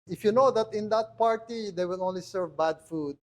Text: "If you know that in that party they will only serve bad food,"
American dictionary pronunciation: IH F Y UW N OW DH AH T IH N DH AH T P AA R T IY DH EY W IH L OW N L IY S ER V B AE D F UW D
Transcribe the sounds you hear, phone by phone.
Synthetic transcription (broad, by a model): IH F Y UW N OW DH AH T IH N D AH T P AA R T IY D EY W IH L OW N L IY S ER V B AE D F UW D